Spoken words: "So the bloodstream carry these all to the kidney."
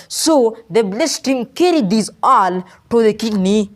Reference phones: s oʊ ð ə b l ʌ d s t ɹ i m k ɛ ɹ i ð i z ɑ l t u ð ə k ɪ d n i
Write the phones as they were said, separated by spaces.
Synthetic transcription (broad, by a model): s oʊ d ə b l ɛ s t i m k ɛ ɹ i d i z ɑ l t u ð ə k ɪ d n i